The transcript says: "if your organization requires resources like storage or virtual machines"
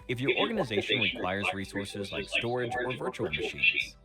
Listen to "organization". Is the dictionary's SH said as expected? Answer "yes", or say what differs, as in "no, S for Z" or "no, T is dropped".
yes